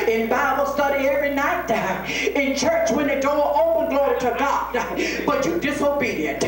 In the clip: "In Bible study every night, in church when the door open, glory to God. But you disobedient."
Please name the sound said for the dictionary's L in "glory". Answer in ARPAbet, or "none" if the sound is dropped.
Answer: L